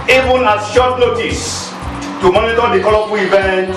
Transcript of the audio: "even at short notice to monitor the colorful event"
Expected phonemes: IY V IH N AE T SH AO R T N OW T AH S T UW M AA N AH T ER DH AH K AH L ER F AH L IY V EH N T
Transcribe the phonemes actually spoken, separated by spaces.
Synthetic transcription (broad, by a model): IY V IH N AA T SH AO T N OW T AH S T UW M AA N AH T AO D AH K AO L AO P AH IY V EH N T